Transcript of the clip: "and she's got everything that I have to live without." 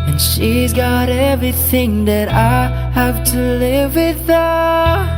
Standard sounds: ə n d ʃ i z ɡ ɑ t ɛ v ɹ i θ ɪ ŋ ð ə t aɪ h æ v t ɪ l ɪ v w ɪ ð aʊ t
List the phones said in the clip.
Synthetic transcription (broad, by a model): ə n ʃ i z ɡ ɑ t ɛ v ɹ i θ ɪ ŋ ð ə t aɪ h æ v t ɪ l ɪ v w ɪ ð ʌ